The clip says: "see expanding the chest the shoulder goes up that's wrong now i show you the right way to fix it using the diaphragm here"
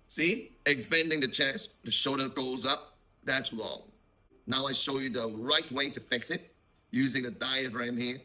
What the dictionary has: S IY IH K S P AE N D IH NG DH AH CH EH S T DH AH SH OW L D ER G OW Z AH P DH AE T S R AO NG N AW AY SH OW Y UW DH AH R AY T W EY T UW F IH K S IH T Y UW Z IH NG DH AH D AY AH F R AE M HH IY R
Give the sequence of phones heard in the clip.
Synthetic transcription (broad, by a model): S IY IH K S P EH N D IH NG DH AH CH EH S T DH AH SH OW D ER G OW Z AH P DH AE T S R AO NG N AW AY SH OW Y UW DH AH R AY T W EY T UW F IH K S IH T Y UW Z IH NG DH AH D AY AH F R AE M HH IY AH